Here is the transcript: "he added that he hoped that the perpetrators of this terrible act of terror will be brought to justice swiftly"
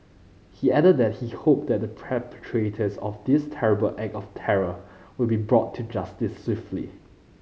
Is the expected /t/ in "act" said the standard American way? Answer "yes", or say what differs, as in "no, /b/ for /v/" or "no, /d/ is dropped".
no, /t/ is dropped